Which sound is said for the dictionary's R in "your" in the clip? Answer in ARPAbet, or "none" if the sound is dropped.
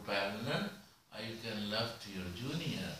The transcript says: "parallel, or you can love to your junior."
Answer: R